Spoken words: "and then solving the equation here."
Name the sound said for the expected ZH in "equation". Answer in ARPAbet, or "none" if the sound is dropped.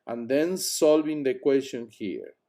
S